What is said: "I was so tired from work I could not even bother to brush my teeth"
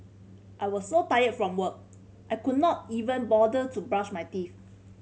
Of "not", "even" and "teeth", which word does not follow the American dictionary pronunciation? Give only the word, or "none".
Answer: teeth